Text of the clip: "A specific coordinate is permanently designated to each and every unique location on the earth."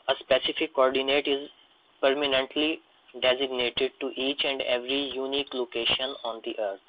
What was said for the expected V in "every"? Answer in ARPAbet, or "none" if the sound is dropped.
V